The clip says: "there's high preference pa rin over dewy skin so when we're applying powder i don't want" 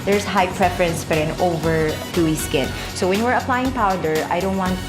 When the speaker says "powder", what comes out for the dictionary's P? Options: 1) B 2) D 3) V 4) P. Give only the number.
4